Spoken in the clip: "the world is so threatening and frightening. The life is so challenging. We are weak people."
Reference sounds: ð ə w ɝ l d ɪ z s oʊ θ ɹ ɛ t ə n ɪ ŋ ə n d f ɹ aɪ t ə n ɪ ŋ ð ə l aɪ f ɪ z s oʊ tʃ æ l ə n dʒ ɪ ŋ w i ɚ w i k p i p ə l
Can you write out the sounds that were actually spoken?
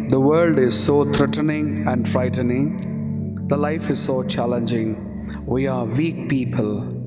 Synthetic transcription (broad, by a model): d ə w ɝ l d ɪ z s oʊ t ɹ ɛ t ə n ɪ ŋ ə n d f ɹ aɪ t ə n ɪ ŋ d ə l aɪ f ɪ z s oʊ tʃ æ l ə n dʒ ɪ ŋ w i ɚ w i k p i p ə l